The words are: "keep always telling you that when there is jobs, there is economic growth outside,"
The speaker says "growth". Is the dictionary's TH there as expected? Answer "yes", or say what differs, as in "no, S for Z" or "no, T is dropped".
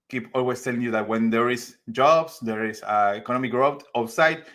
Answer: no, T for TH